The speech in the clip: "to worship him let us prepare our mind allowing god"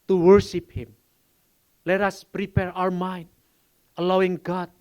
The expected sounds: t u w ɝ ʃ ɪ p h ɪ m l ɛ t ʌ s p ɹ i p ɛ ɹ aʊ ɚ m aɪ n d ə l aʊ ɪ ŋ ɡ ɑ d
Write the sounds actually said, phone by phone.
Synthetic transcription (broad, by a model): t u w ɝ ʃ ɪ p h ɪ m l ɛ t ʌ s p ɹ i p ɛ ɹ aʊ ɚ m aɪ n d ə l aʊ ɪ ŋ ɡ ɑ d